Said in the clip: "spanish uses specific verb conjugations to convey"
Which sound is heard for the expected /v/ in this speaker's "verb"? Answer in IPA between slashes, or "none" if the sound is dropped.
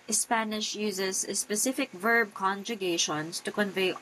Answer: /v/